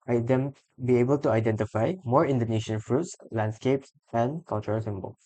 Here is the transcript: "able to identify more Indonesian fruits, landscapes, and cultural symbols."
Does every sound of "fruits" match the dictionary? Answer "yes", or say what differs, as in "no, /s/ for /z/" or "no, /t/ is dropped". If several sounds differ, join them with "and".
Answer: yes